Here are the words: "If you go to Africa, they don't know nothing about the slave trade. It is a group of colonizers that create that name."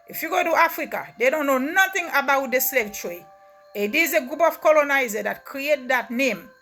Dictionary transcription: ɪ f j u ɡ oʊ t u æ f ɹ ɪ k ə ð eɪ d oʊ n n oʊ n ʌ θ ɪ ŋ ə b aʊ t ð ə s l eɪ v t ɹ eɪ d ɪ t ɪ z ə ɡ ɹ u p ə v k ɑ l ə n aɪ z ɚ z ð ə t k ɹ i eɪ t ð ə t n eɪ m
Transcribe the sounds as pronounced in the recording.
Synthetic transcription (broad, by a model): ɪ f j u ɡ oʊ t u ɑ f ɹ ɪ k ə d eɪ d oʊ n n oʊ n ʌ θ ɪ ŋ ə b aʊ t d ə s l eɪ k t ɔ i ɪ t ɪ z ə ɡ ɹ u p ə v k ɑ l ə n aɪ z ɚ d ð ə t k ɹ i eɪ t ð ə t n eɪ m